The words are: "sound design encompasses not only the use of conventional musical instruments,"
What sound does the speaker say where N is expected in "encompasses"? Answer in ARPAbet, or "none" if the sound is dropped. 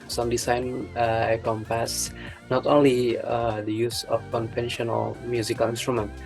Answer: none